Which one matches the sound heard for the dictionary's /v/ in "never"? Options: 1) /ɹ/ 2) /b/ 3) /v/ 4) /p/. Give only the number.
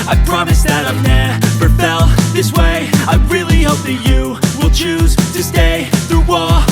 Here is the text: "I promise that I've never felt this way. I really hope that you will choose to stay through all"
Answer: 4